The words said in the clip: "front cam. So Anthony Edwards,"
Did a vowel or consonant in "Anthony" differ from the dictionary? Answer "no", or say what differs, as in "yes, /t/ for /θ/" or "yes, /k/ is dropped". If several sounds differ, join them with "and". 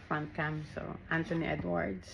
yes, /t/ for /θ/